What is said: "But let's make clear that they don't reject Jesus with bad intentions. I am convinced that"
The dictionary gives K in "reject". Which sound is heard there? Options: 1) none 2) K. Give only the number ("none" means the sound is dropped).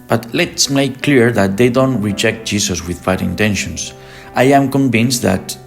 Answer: 2